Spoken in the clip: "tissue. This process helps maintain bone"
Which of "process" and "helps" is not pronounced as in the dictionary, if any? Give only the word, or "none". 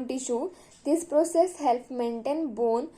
helps